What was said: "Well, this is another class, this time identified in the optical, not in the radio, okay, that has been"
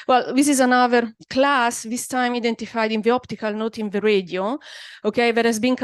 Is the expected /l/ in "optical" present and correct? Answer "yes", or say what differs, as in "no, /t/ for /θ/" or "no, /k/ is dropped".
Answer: yes